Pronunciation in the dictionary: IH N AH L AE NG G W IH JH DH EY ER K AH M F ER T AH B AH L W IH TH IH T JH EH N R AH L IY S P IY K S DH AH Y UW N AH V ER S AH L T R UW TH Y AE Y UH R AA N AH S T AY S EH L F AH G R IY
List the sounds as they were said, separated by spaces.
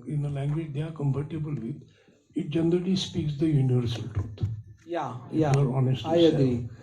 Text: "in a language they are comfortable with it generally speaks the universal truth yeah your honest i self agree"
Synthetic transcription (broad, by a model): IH N AH L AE NG G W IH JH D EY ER K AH M P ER T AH B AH L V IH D IH T JH EH N R AH L IY S P IY K S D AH Y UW N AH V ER S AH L T R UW T Y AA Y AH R AA N AH S T AY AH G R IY